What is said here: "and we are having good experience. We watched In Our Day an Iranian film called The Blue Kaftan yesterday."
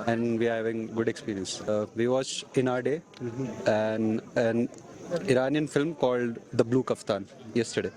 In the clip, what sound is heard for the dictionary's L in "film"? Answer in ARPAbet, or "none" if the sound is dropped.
L